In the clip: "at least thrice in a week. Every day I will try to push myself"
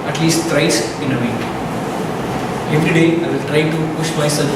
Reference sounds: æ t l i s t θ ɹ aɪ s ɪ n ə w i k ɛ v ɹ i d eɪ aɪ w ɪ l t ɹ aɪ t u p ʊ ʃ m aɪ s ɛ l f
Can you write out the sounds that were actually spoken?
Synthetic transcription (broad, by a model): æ t l i s t t ɹ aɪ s ɪ n ə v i ɛ v ɹ i d eɪ aɪ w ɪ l t ɹ aɪ t u p ʊ ʃ m aɪ s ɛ l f